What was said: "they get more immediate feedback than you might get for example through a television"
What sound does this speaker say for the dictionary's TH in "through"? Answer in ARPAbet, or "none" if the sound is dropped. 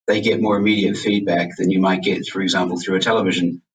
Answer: TH